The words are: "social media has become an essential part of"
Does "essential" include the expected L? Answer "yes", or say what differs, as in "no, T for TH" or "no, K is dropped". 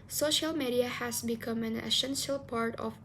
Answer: yes